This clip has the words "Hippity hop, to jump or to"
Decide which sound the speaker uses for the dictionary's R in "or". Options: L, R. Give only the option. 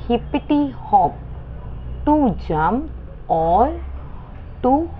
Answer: L